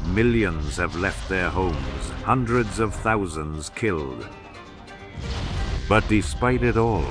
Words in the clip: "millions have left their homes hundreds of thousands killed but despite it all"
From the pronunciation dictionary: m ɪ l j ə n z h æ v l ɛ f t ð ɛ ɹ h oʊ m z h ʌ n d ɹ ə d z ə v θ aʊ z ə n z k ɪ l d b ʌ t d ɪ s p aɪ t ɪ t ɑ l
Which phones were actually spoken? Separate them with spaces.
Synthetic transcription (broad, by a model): m ɪ l j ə n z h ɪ v l ɛ f t ð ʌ ɹ h oʊ m z h ʌ n d ɹ ə d z ə v θ aʊ z ə n z k ɪ l d b ʌ t d ɪ s p aɪ t ɪ t ɑ l